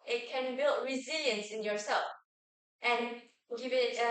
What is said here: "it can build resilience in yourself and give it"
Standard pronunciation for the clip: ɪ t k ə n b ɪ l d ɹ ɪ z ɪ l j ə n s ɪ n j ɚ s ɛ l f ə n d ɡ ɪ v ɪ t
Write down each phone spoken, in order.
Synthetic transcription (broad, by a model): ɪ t k ə n b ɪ l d ɹ ɪ z ɪ l j ə n s ɪ n j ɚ s ɛ l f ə n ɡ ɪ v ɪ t